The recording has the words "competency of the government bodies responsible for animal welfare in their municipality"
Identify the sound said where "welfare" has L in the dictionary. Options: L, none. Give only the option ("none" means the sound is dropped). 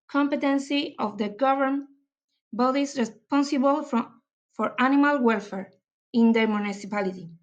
L